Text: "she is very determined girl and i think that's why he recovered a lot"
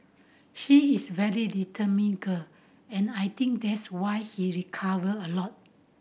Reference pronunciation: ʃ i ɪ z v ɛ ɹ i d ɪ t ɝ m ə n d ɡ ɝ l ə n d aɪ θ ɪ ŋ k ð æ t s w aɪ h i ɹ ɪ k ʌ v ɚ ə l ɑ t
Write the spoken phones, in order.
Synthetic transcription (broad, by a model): ʃ i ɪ s v ɛ ɹ i d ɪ t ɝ m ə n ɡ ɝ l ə n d aɪ t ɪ ŋ k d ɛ t s w aɪ h i ɹ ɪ k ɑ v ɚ ə l ɑ t